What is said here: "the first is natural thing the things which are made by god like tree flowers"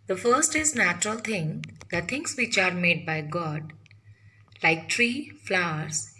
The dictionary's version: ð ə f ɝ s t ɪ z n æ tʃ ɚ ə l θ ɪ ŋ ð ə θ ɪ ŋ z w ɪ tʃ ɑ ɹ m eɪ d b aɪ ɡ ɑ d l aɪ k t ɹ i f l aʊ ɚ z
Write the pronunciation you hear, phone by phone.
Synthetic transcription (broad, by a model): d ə f ɝ s t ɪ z n æ tʃ ɚ ə l t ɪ ŋ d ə t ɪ ŋ s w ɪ tʃ ɑ ɹ m eɪ d b aɪ ɡ ɑ d l aɪ k t ɹ i f l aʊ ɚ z